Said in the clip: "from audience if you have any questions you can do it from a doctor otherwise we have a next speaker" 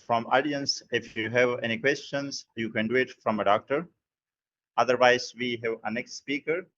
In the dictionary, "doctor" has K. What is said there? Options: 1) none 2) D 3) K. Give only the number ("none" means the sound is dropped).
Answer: 3